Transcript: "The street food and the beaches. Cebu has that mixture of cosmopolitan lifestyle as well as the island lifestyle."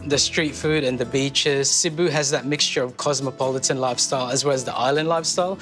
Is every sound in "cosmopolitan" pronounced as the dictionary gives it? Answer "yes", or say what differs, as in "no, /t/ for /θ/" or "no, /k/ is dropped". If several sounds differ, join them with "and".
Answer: yes